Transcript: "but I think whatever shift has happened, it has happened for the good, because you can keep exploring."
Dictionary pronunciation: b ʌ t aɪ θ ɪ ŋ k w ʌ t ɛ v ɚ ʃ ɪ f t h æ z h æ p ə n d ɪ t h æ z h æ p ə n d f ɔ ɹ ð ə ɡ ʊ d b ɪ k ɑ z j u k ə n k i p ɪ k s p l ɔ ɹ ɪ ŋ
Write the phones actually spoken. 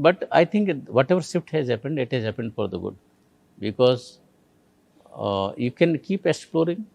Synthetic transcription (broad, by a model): b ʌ t aɪ t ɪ ŋ k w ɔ t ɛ v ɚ s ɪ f t h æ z h æ p ə n d ɪ t h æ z h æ p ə n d f ɔ ɹ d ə ɡ ʊ d b ɪ k ɑ z j u k ə n k i p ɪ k s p l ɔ ɹ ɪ ŋ